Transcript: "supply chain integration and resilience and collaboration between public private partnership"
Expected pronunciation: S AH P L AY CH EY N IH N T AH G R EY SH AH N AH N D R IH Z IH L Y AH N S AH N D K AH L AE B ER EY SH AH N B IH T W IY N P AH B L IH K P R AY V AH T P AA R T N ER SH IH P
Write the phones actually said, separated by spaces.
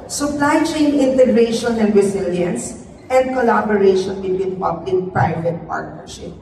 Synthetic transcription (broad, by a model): S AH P L AY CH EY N IH N T AH G R EY SH AH N AH N D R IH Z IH L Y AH N S AH N D K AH L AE B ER EY SH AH N B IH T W IY N P AH B L IH K P R AY V AH T P AA R T N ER SH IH P